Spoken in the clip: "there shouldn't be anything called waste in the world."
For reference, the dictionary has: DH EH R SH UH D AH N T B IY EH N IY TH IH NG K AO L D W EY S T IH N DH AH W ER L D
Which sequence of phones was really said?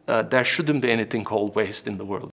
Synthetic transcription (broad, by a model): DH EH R SH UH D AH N B IY EH N IY TH IH NG K AO L D W EY S T IH N DH AH W ER L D